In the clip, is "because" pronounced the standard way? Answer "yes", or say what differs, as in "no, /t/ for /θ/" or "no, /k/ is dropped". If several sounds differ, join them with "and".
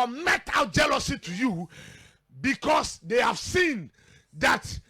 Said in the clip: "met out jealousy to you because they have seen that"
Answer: no, /s/ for /z/